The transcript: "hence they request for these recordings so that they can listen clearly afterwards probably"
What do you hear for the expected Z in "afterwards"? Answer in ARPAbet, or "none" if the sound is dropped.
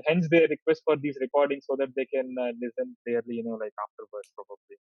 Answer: S